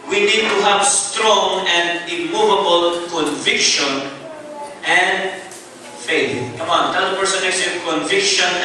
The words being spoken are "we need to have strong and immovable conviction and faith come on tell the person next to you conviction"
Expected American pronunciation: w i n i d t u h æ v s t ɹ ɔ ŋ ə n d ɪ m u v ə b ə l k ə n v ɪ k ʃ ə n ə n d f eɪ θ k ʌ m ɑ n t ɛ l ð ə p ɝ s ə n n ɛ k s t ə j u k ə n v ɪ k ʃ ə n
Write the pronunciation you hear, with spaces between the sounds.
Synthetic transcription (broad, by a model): w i n i d t u h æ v s t ɹ ɔ ŋ ə n d ɪ m u v ə b ə l k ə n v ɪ k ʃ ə n ə n d f eɪ θ k ʌ m ɑ n t ɛ l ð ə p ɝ s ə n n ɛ s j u k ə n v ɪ k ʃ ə n